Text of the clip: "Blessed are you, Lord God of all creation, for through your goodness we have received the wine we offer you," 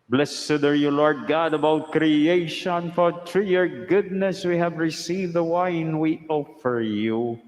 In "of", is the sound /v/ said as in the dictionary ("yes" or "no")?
no